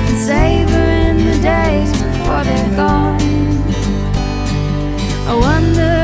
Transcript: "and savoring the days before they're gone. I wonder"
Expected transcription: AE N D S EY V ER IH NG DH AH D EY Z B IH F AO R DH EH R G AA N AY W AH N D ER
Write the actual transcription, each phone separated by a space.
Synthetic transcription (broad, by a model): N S EY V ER IH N DH AH D EY Z B IH F AO R DH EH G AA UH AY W AH N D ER